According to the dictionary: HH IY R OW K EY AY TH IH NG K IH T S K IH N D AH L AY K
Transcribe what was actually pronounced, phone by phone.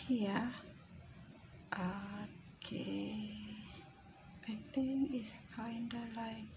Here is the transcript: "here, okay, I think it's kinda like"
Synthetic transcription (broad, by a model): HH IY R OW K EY AY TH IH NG IH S K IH N D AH L AY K